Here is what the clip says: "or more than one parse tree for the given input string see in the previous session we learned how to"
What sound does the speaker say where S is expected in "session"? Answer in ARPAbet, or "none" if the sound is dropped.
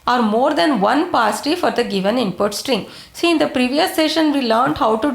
S